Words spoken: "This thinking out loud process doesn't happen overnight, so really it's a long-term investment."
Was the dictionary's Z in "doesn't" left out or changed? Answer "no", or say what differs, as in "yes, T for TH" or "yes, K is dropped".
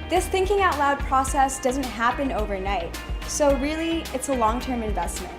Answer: no